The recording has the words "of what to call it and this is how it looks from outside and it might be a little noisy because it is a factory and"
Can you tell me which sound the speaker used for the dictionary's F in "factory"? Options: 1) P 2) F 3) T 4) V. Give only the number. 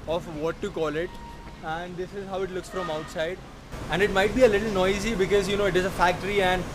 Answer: 2